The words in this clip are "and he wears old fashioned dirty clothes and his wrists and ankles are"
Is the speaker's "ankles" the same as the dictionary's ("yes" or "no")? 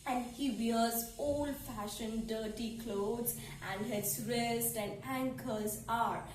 no